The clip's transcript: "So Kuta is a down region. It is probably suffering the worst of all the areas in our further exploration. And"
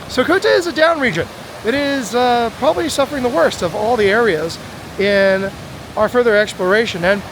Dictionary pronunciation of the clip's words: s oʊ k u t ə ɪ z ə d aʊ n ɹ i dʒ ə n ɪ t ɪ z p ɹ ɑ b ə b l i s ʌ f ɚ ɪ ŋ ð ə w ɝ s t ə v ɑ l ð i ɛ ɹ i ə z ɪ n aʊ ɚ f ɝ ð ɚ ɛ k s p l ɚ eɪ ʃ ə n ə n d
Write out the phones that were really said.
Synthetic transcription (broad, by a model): s oʊ k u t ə ɪ z ə d aʊ n ɹ i dʒ ə n ɪ t ɪ z p ɹ ɑ b ə b l i s ʌ f ɚ ɪ ŋ ð ə w ɝ s t ə v ɑ l ð i ɛ ɹ i ə z ɪ n aʊ ɚ f ɝ ð ɚ ɛ k s p l ɚ eɪ ʃ ə n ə n